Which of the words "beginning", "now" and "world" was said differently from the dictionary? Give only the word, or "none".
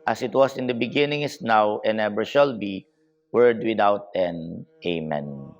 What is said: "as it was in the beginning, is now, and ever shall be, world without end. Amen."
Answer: world